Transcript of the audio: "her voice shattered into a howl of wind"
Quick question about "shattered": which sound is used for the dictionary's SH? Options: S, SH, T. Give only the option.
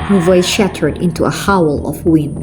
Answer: SH